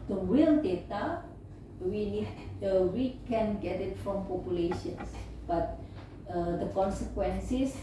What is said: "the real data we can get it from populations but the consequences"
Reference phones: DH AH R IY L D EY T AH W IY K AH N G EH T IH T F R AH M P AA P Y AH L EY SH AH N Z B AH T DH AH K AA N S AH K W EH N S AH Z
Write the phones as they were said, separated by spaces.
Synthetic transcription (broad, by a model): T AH W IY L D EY T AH W IY K AH N G EH T IH T F R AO M P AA P Y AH L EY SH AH N S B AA T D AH K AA N S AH K W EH N S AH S